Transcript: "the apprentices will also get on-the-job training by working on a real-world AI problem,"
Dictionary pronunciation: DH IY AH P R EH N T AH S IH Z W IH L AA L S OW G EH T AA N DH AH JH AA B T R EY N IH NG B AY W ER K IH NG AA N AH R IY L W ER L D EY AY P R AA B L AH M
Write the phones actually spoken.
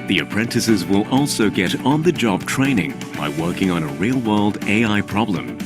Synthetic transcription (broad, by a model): DH IY AH P R EH N T AH S IH Z W IH L AA L S OW G EH T N DH AH JH AA B T R EY N IH NG B AY W ER K IH NG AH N AH R IY L W ER L D EY AY P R AA B L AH M